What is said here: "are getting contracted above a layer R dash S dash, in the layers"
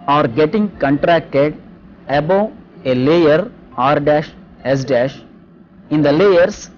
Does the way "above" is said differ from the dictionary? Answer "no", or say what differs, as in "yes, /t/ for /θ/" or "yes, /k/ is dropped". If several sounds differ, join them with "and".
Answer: yes, /v/ is dropped